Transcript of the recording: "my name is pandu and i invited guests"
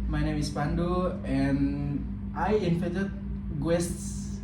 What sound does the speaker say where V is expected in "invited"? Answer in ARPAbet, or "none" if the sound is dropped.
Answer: F